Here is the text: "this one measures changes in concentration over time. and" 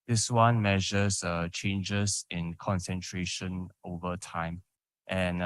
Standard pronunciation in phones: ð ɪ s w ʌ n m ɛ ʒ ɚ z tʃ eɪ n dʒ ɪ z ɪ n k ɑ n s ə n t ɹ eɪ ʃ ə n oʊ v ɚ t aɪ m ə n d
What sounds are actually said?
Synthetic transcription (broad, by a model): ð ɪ s w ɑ n m ɛ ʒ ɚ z tʃ eɪ n dʒ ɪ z ɪ n k ɑ n s ə n t ɹ eɪ ʃ ə n oʊ v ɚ t aɪ m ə n